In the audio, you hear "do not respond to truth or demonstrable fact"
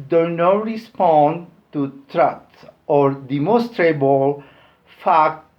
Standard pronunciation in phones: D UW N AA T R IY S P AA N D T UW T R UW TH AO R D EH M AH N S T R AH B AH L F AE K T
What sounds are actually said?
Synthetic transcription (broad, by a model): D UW N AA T R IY S P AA N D T UW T R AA S AO R D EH M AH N S T R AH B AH L F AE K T